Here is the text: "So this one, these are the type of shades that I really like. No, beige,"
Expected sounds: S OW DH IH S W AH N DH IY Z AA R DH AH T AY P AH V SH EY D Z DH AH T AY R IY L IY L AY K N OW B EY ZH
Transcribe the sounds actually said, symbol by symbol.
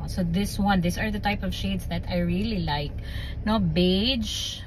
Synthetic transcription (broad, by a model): S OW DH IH S W AH N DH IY S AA R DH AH T AY P AH V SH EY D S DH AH T AY R IY L IY L AY K N OW B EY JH